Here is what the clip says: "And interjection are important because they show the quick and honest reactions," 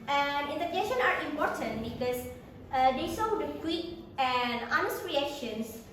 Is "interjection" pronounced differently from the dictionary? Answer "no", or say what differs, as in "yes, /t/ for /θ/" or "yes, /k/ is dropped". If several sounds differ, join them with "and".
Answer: yes, /k/ is dropped